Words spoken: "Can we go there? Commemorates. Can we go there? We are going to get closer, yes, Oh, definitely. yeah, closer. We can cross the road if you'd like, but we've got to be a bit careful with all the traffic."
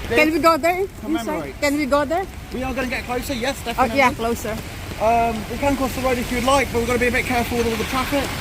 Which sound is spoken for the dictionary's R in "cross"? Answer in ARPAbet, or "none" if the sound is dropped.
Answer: none